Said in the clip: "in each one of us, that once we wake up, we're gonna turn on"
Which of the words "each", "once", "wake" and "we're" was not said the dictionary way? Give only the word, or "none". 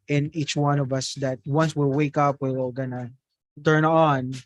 we're